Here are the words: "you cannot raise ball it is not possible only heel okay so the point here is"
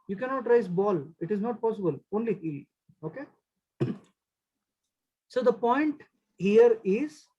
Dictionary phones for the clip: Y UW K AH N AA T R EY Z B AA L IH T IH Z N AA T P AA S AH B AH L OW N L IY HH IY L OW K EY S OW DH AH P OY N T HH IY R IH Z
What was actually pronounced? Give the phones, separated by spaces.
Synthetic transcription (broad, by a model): Y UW K AH N AA T R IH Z B AA L IH T IH Z N AA T P AA S AH B AH L OW N L IY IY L OW K EY S OW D AH P OY N T HH IY R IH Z